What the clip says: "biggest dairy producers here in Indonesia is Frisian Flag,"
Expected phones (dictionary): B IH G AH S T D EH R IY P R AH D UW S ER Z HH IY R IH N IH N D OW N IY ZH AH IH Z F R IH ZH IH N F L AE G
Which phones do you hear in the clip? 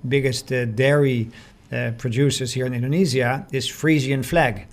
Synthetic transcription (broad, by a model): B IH G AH S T D EH R IY P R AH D UW S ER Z HH IY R IH N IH N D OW N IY Z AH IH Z F R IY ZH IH N F L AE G